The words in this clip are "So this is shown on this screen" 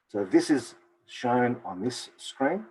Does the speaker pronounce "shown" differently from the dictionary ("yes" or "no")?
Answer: no